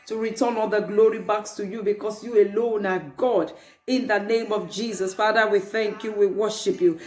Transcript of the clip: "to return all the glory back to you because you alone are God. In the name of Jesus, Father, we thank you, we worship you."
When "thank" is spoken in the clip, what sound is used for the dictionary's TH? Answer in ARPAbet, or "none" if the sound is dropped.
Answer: TH